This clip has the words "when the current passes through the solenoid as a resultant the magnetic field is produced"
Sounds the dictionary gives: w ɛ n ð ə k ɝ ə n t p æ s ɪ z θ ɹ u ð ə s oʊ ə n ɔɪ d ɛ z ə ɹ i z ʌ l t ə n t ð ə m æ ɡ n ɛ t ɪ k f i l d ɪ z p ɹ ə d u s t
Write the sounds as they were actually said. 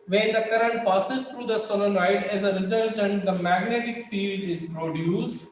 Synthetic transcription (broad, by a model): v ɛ n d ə k ɝ ə n t p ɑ s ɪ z t ɹ u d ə s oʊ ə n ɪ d ɛ z ə ɹ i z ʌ l t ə n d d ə m æ ɡ n ɛ t ɪ k f i l d ɪ z p ɹ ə d u s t